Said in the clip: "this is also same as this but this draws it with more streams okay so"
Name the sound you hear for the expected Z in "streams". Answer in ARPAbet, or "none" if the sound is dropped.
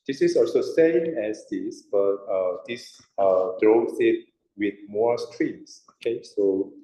S